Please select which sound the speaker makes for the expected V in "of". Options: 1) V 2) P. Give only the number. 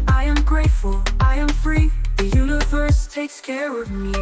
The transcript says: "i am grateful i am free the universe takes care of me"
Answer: 1